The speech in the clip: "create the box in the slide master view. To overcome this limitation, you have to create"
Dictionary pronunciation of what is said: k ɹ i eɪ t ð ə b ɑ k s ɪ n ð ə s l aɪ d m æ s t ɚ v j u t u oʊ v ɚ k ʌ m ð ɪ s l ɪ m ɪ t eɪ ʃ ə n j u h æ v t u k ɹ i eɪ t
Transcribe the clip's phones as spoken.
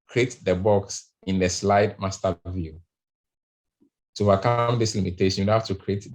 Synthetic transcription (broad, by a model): k ɹ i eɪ t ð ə b ɑ k s ɪ n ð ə s l aɪ d m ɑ s t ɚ v j u t u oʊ v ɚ k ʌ m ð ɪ s l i m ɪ t eɪ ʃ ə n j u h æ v t u k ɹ i eɪ t